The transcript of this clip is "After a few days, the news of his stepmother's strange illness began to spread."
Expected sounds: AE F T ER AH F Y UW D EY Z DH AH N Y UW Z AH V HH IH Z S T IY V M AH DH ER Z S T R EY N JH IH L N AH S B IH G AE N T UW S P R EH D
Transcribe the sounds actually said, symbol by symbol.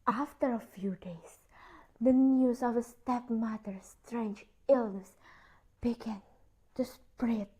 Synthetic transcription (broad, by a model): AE F T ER AH F Y UW D EY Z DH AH N Y UW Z AH V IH S T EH P M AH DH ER S T R EY N JH IH L N AH S B IH G AE N T UW S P R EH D